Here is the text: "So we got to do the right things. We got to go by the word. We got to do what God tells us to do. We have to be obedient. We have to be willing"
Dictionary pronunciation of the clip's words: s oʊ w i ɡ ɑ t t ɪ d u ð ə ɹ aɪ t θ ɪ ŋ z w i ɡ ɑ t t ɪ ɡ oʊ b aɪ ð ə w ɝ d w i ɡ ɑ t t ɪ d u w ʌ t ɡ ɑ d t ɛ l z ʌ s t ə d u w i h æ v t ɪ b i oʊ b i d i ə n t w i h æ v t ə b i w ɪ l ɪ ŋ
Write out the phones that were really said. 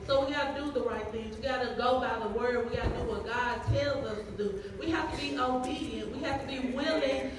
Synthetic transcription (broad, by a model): s oʊ w i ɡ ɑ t t ɪ d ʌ ð ə ɹ aɪ t θ ɪ ŋ z w i ɡ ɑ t t ɪ ɡ oʊ b aɪ ð ə w ɝ d w i ɡ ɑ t t ɪ d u w ʌ t ɡ ɑ d t ɛ l z ʌ s t ə d u w i h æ f t ɪ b i oʊ b i d i ə n t w i h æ f t ə b i w ɪ l ɪ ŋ